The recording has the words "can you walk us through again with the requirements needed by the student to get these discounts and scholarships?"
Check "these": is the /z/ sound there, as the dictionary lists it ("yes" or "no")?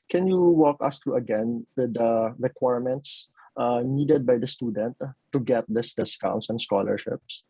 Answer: no